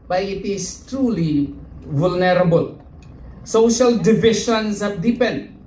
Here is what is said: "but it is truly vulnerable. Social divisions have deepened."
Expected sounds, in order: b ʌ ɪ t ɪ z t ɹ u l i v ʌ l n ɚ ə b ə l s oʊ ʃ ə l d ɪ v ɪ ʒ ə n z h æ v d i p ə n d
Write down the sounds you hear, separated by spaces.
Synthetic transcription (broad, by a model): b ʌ ɪ t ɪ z t ɹ u l i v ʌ l n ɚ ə b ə l s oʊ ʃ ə l d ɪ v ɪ ʃ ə n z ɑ p d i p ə n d